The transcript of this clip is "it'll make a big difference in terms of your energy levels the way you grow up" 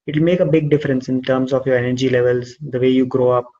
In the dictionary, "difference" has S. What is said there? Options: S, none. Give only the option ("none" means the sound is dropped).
S